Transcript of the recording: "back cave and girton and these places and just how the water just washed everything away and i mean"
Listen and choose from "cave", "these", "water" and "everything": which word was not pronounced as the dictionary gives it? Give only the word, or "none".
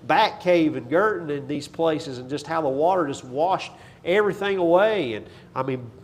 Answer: none